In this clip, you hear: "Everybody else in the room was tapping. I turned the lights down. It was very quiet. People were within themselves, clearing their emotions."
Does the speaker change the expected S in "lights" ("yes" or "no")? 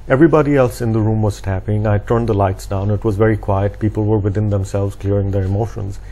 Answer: no